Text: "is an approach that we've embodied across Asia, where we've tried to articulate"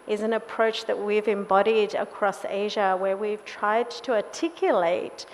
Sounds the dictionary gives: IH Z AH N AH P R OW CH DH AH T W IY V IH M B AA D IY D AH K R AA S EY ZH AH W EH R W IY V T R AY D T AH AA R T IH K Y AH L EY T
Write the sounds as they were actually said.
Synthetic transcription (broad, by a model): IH Z AH N AH P R OW CH DH AH T W IY V IH M B AA D IY D AH K R AA S EY ZH AH W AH R W IY V T R AY D T AH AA T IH K Y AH L EY T